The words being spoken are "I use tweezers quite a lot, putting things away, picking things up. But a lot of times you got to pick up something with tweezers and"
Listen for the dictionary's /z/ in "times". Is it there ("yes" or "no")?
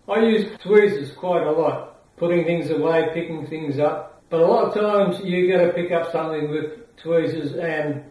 yes